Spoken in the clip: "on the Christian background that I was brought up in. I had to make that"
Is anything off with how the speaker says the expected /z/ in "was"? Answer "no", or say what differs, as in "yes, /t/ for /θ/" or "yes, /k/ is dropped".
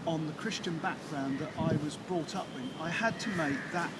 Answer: no